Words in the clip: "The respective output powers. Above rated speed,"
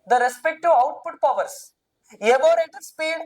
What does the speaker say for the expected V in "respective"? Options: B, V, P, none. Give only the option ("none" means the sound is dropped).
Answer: none